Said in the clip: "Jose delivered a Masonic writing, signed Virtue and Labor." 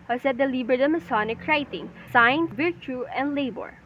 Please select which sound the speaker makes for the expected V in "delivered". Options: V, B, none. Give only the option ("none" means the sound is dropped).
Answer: B